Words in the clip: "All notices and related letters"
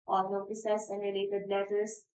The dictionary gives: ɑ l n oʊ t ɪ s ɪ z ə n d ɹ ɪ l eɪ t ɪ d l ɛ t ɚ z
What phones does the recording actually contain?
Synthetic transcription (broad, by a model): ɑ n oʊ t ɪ s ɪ s ə n d ɹ ɪ l eɪ t ɪ d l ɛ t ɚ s